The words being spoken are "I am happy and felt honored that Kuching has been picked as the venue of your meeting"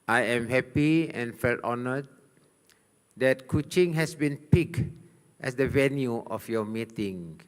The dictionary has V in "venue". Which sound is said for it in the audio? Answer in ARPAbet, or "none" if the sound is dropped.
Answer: V